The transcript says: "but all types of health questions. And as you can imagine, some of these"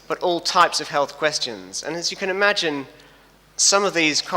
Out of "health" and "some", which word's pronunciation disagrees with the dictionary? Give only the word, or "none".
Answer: none